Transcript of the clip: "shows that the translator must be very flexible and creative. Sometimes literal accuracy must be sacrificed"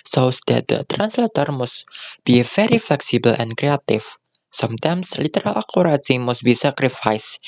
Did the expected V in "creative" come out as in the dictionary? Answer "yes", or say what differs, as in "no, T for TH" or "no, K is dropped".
no, F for V